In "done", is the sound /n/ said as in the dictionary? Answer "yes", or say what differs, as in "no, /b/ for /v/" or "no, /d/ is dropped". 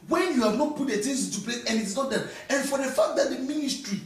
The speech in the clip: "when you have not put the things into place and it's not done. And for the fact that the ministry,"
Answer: no, /n/ is dropped